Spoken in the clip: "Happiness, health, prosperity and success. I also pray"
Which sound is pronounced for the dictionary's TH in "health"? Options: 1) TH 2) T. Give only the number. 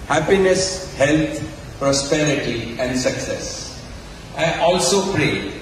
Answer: 2